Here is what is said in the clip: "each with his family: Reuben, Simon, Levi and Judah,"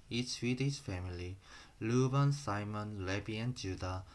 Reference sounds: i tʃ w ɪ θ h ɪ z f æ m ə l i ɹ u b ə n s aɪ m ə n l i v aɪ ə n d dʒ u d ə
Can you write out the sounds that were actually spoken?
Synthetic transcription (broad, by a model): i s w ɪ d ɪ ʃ f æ m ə l i l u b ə n s aɪ m ə n l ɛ b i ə n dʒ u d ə